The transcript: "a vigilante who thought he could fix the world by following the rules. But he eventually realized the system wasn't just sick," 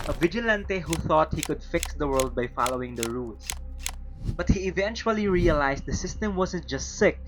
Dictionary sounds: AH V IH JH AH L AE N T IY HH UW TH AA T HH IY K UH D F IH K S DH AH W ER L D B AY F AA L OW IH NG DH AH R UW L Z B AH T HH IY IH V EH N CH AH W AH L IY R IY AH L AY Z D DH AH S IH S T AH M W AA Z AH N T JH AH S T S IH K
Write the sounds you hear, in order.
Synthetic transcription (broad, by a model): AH V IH JH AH L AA N T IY HH UW TH AA T HH IY K UH D F IH K S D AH W ER L D B AY F AA L OW IH NG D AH R UW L S B AH T HH IY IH V EH N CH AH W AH L IY R IY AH L AY S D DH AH S IH S T AH M W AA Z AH N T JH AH S T S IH K